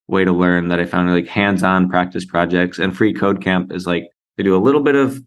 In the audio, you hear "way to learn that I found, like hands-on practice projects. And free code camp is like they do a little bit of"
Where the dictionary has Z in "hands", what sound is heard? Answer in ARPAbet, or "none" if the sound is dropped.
Z